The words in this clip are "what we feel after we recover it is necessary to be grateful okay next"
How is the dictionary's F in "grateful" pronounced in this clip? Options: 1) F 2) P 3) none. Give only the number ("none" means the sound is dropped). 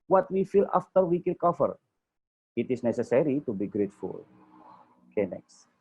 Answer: 1